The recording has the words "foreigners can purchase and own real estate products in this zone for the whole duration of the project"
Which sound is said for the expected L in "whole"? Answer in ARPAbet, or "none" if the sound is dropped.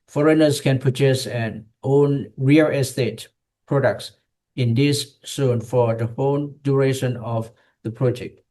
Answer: N